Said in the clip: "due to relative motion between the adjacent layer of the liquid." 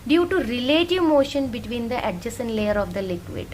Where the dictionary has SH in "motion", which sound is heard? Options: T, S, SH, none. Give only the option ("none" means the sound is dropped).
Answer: SH